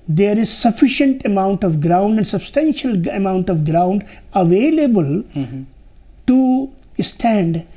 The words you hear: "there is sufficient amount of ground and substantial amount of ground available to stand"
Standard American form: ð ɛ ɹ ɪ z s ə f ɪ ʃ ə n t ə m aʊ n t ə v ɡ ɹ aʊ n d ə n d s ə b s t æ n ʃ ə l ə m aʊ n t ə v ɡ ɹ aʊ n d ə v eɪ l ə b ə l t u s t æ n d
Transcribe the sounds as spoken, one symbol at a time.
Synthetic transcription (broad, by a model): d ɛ ɹ ɪ z s ə f ɪ ʃ ə n t ə m aʊ n t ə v ɡ ɹ aʊ n d ə n d s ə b s t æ n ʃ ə l ə m aʊ n t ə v ɡ ɹ aʊ n d ə v eɪ l ə b ə l t u s t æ n d